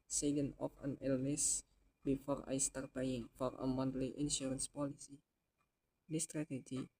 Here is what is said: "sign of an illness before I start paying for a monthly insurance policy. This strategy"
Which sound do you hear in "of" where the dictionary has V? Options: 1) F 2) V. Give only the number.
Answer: 1